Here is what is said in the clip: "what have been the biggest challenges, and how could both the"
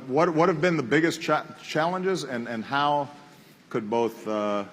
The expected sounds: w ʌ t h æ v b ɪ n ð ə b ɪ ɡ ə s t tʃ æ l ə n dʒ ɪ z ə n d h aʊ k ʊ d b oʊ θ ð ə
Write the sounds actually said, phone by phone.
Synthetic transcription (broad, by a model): w ʌ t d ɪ v b ɪ n ð ə b ɪ ɡ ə s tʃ tʃ æ l ə n dʒ ɪ z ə n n h aʊ k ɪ d b oʊ θ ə